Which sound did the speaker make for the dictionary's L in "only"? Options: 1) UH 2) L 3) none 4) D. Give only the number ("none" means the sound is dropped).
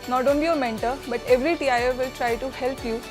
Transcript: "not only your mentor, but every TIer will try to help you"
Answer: 2